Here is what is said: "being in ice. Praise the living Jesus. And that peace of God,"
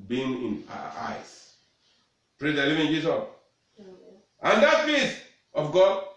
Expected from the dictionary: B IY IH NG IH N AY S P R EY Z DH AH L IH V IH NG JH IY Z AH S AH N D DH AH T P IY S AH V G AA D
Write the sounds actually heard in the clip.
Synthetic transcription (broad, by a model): B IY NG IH N AY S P R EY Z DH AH L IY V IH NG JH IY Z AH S AH N D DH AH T F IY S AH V G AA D